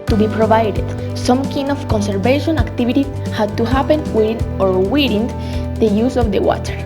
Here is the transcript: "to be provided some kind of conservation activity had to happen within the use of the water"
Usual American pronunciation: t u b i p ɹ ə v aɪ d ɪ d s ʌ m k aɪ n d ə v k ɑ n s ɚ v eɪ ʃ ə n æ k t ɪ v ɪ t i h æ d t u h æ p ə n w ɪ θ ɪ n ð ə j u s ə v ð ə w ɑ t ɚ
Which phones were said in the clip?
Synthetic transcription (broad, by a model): t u b i p ɹ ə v aɪ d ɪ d s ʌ m k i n ə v k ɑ n s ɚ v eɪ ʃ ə n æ k t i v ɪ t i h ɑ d t u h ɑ p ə n w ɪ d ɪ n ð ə j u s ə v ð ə w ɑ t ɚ